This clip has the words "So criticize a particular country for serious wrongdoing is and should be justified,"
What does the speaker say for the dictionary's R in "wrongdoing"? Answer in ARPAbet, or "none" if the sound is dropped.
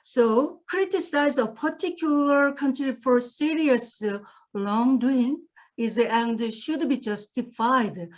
L